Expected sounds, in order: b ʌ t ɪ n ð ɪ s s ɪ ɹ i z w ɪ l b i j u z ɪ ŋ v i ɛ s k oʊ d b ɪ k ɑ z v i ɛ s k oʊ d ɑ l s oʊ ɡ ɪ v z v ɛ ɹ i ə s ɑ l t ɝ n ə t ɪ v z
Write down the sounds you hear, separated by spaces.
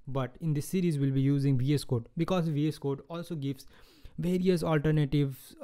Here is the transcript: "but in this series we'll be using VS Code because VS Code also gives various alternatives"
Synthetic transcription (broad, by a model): b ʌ t ɪ n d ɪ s s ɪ ɹ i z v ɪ l b i j u z ɪ ŋ v i ɛ s k oʊ d b ɪ k ɑ z v i ɛ s k oʊ d ɑ l s oʊ ɡ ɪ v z v ɛ ɹ i ə s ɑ l t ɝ n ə t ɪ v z